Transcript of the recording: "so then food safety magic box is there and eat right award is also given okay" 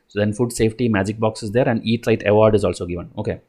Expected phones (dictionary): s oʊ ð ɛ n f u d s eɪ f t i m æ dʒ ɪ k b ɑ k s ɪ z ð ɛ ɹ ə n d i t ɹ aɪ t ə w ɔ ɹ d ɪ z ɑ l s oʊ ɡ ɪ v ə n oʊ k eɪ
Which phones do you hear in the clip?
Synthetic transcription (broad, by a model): s oʊ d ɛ n f u d s eɪ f t i m æ dʒ ɪ k b ɑ k s ɪ z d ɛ ɹ ə n d i t l aɪ t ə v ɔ ɹ d ɪ z ɑ l s oʊ ɡ ɪ v ə n oʊ k eɪ